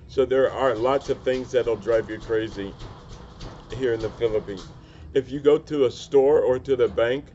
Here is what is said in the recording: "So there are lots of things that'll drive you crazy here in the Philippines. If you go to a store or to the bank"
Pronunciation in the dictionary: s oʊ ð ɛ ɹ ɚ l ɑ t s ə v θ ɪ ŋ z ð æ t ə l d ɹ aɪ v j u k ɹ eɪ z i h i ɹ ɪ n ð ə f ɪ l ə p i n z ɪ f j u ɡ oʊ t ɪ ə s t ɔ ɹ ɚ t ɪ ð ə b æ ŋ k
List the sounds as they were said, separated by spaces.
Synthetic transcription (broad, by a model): s oʊ ð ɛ ɹ ɚ l ɑ t s ə v θ ɪ ŋ z ð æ t l d ɹ aɪ v j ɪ k ɹ eɪ z i h i ɹ ɪ n ð ə f ɪ l ə p i n z ɪ f j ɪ ɡ oʊ t ɪ ə s t ɔ ɹ ɚ t ɪ ð ə b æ ŋ k